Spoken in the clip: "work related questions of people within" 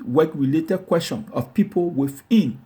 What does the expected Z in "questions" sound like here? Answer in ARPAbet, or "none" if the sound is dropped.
none